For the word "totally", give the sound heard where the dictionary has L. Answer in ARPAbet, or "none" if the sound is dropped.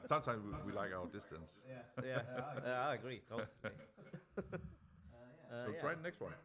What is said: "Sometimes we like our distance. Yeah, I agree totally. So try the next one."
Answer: none